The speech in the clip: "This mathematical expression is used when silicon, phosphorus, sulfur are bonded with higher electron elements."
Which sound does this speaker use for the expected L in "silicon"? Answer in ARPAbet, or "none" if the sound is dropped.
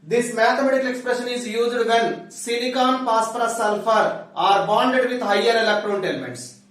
N